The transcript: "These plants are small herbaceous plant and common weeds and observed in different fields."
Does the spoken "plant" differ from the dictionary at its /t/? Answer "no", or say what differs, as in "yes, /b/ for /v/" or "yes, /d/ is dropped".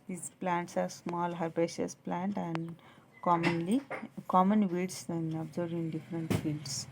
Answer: no